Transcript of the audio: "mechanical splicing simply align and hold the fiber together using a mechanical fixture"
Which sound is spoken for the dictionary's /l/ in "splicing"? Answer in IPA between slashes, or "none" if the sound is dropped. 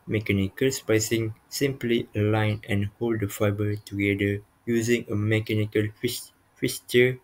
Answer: none